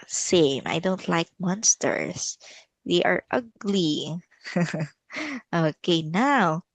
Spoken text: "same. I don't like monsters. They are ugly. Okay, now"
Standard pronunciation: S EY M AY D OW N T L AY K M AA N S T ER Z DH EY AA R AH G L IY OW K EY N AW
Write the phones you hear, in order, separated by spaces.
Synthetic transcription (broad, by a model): S EY M AY D OW N T L AY K M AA N S T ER S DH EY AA R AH G L IY OW K EY N AW